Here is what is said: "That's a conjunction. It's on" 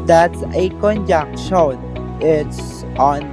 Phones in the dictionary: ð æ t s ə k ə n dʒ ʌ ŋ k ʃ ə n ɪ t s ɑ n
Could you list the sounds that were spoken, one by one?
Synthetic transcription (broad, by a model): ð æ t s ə k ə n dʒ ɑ k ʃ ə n ɪ t s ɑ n